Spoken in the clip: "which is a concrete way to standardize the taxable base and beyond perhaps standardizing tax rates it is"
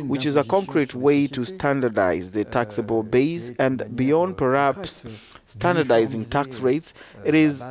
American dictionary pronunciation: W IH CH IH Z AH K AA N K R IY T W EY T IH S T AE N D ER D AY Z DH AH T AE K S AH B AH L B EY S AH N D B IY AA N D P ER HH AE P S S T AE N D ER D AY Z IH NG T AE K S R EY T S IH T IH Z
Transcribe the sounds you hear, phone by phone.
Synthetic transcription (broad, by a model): W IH CH IH Z AH K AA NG K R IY T W EY T IH S T AE N D ER D AY Z DH AH T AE K S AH B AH L B EY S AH N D B IY AA N D P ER HH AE P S S T AE N D ER D AY Z IH NG T AE K S R EY T S IH T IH Z